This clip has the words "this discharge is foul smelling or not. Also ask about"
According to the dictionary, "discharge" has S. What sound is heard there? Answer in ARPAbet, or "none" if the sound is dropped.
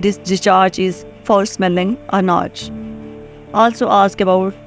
none